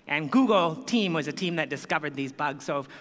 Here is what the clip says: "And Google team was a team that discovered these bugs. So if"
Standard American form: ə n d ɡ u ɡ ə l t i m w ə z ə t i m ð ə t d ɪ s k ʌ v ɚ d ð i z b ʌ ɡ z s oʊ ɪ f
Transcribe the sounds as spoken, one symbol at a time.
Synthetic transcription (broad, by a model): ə n ɡ u ɡ l t i m w ə z ə t i m ð ə t d ɪ s k ʌ v ɚ d ð i z b ʌ ɡ z s oʊ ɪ